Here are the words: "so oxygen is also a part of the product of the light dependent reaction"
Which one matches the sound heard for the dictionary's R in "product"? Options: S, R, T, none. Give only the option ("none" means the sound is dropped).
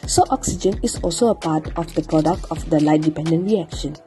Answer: R